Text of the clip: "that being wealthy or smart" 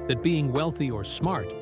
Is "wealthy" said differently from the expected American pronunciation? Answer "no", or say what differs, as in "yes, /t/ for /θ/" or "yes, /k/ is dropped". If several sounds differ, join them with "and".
no